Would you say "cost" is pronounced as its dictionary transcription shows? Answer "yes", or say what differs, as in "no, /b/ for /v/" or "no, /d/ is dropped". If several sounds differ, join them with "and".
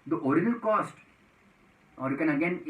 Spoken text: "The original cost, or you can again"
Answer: yes